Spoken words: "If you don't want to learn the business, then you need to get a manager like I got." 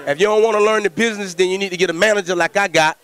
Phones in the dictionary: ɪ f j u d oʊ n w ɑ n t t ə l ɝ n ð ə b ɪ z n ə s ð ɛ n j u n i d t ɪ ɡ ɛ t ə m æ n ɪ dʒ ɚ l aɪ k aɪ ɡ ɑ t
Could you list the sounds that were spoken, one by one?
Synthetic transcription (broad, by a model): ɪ f j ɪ d oʊ n w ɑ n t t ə l ɝ n ð ə b ɪ z n ə s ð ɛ n j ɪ n i d t ɪ ɡ ɛ t ə m æ n ɪ dʒ ɚ l aɪ k aɪ ɡ ɑ t